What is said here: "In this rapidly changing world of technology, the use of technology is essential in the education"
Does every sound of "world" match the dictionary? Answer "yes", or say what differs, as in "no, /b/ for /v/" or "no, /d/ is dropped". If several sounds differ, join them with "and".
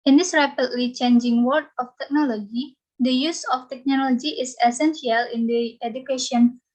no, /l/ is dropped